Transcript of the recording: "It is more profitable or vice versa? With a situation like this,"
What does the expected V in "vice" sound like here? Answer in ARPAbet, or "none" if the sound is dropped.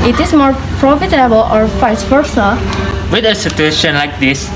F